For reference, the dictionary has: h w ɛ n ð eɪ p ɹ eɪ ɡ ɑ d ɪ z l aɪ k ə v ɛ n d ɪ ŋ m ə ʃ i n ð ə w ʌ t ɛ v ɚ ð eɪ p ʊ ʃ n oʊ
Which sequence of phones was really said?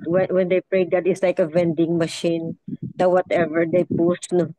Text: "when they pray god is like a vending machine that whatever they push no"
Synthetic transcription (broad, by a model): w w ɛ n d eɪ p ɹ eɪ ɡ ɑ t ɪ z l aɪ k ə v ɛ n d ɪ ŋ m ə ʃ i n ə w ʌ t ɛ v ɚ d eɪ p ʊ s n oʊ